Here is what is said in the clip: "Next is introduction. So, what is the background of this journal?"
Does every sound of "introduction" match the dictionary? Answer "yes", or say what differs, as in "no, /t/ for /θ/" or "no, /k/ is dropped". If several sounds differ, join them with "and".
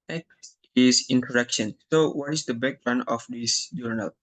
no, /ɹ/ is dropped